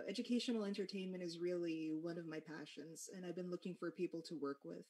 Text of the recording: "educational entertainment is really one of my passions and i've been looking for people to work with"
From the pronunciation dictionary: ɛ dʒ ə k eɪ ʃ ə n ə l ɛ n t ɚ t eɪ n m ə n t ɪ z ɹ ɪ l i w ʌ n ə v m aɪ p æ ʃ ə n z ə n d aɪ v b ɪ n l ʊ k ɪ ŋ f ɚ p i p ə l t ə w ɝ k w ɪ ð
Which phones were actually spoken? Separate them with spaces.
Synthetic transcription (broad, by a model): ɛ dʒ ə k eɪ ʃ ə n l ɛ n t ɚ t eɪ n m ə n t ɪ z ɹ ɪ l i w ʌ n ə v m aɪ p æ ʃ ə n z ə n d aɪ v b ɪ n l ʊ k ɪ ŋ f ɚ p i p l t ə w ɝ k w ɪ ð